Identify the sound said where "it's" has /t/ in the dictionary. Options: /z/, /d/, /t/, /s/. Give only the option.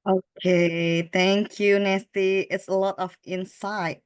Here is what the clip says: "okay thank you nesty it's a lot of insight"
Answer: /t/